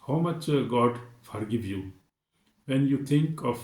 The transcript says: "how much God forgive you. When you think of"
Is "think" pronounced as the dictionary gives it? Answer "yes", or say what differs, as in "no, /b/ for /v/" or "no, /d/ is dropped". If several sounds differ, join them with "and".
no, /t/ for /θ/